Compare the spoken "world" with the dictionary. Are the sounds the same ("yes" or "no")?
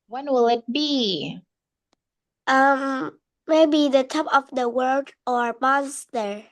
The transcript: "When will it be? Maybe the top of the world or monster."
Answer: no